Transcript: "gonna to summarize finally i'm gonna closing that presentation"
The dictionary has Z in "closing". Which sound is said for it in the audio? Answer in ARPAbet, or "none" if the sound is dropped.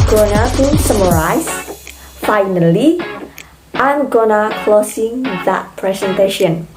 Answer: S